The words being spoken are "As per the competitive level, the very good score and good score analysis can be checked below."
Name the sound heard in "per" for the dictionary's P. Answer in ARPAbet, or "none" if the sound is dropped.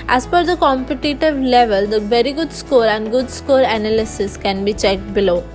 F